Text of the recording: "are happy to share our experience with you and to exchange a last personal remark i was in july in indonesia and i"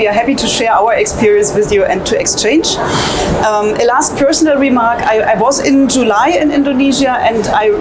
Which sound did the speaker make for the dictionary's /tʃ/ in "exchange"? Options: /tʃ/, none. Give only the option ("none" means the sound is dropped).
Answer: /tʃ/